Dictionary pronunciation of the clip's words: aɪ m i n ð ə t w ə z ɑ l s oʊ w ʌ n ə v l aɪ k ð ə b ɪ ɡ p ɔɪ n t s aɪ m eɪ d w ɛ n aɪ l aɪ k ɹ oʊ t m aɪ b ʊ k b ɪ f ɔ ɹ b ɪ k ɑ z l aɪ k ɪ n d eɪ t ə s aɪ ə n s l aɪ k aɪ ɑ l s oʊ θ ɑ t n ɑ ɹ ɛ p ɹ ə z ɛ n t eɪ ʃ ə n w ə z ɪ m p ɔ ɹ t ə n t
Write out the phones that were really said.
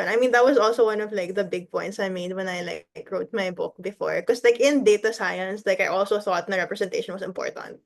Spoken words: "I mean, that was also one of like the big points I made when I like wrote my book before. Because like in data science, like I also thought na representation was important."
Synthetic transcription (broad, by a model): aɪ m i n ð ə t w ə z ɑ l s oʊ w ʌ n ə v l aɪ k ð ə b ɪ ɡ p ɔɪ n t s aɪ m eɪ d w ɛ n aɪ l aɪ k ɹ oʊ t m aɪ b ʊ k b ɪ f ɔ ɹ k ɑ s l aɪ k ɪ n d eɪ t ə s aɪ ə n s l aɪ k aɪ ɑ l s oʊ θ ɑ t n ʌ ɹ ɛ p ɹ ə s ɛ n t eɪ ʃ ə n w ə s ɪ m p ɔ ɹ t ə n t